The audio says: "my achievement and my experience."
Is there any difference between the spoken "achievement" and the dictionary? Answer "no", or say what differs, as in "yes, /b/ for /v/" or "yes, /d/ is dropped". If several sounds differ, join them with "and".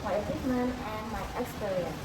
yes, /t/ is dropped